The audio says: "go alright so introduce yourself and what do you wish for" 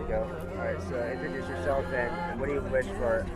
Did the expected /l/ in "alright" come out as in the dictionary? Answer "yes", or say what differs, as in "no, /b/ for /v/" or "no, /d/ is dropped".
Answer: no, /l/ is dropped